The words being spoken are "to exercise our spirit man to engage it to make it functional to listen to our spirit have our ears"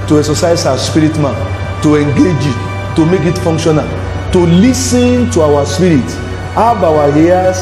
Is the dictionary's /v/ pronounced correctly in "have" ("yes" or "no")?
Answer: no